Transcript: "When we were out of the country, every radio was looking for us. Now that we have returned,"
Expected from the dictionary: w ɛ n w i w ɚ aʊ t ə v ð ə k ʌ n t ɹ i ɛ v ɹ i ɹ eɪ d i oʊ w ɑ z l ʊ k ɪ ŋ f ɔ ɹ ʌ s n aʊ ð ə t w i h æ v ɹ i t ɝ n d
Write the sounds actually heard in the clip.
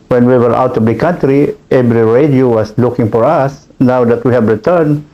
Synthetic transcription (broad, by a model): w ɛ n w i w ɚ aʊ t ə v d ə k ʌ n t ɹ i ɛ b ɹ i ɹ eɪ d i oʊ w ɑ s l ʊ k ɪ ŋ f ɔ ɹ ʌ s n aʊ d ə t w i h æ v ɹ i t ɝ n